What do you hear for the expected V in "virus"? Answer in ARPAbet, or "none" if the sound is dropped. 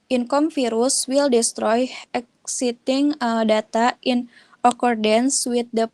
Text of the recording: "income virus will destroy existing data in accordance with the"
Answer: F